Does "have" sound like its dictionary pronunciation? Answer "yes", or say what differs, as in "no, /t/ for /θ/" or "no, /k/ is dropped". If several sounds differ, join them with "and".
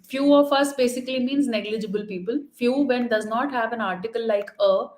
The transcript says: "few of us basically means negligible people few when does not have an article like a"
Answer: yes